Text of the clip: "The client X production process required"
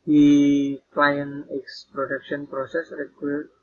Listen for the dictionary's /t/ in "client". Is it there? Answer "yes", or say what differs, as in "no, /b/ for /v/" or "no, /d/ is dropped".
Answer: no, /t/ is dropped